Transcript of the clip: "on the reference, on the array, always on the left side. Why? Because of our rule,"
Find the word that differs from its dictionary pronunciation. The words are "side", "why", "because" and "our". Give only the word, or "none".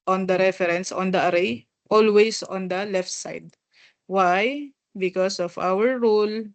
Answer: because